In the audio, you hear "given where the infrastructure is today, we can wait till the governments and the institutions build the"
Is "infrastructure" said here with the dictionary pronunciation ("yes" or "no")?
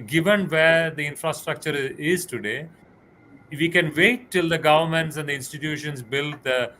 yes